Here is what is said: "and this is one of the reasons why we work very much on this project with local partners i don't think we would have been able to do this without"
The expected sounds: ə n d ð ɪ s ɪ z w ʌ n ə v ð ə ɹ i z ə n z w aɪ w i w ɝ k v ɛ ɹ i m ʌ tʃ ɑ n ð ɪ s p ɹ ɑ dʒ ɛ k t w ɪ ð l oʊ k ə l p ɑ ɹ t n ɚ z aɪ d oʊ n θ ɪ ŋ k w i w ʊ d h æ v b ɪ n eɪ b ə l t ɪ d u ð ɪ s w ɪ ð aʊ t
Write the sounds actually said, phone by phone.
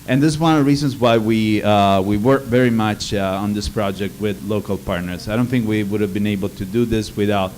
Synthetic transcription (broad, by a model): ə n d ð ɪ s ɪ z w ʌ n ə v ð ə ɹ i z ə n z w aɪ w i w ɝ k v ɛ ɹ i m ʌ tʃ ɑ n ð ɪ s p ɹ ɑ dʒ ɛ k t w ɪ ð l oʊ k ə l p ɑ ɹ t n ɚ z aɪ d oʊ n θ ɪ ŋ k w i w ʊ d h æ v b ɪ n eɪ b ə l t ɪ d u ð ɪ s w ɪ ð aʊ t